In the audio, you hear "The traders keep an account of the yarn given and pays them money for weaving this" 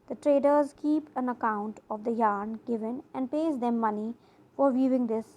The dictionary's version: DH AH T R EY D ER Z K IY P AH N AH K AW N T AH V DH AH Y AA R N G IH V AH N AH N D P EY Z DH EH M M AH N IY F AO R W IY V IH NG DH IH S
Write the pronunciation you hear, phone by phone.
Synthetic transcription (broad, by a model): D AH T R EY D ER Z K IY P AH N AH K AW N T AH V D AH Y AA R N G IH V AH N AH N D P EY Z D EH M M AH N IY F AO R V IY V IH NG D IH S